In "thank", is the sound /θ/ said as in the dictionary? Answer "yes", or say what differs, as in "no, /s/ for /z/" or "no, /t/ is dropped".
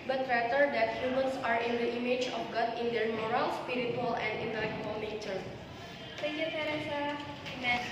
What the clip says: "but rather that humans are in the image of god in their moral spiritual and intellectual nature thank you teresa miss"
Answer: no, /s/ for /θ/